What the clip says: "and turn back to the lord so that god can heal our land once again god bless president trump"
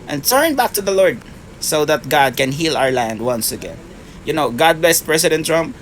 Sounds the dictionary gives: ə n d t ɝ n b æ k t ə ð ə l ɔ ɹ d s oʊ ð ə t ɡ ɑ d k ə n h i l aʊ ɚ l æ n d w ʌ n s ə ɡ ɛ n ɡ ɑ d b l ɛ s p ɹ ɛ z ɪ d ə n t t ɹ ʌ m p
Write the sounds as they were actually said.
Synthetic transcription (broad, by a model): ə n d t ɝ n b æ k t ə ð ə l ɔ ɹ d s oʊ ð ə t ɡ ɑ d k ə n h i l aʊ ɚ l æ n d w ʌ n s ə ɡ ɛ n ɡ ɑ d b l ɛ s p ɹ ɛ s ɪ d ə n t t ɹ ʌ m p